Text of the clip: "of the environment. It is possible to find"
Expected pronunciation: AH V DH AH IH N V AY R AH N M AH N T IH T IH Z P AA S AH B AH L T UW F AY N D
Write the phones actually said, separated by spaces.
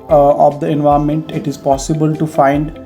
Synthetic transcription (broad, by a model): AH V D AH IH N V AY AH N M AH N T IH T IH Z P AA S AH B AH L T UW F AY N D